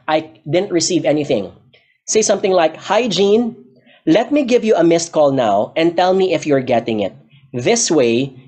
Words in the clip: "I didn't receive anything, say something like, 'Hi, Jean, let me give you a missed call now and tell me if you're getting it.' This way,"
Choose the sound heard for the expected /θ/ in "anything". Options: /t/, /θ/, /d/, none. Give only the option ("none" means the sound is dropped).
/θ/